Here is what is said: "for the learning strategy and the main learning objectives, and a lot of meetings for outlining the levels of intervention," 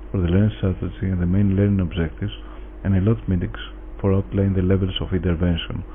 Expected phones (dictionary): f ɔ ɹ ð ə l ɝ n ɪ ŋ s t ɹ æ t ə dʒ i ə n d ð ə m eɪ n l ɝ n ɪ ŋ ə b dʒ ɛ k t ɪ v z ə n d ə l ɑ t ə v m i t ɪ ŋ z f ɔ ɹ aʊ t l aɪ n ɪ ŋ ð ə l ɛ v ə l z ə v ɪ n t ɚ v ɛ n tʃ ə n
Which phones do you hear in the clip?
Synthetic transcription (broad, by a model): f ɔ ɹ ð ə l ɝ n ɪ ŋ s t ɹ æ t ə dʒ i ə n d ð ə m eɪ n l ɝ n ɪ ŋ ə b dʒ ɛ k t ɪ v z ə n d ə l ɑ t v m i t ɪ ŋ s f ɔ ɹ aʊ t l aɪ ɪ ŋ ð ə l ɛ v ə l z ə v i n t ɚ v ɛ n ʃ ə n